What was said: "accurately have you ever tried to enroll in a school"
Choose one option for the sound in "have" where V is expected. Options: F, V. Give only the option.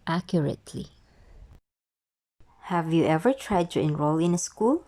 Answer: V